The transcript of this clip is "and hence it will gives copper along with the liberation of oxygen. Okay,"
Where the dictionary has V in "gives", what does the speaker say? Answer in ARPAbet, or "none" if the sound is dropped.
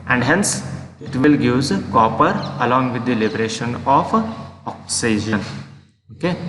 none